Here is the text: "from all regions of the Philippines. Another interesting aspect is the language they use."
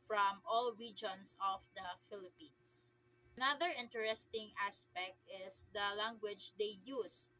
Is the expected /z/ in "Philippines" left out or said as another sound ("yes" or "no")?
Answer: yes